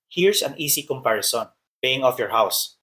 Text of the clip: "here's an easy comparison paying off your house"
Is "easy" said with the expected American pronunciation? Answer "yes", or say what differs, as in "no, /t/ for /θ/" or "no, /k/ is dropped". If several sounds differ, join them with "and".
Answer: no, /s/ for /z/